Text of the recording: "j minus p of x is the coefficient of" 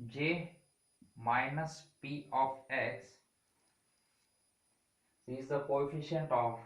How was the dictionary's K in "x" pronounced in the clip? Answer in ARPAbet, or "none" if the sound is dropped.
none